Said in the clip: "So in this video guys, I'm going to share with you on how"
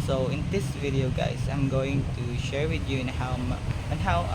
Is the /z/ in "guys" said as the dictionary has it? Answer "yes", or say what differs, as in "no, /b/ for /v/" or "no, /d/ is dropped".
no, /s/ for /z/